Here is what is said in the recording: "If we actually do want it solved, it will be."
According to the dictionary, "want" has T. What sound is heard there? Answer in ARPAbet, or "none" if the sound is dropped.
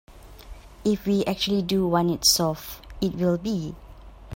none